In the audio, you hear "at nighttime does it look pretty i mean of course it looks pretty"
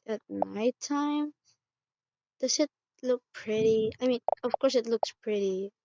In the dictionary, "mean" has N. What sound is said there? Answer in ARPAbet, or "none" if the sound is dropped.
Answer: N